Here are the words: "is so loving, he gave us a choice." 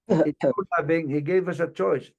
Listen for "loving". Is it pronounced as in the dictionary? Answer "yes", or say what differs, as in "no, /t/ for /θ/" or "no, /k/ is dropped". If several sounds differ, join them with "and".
no, /b/ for /v/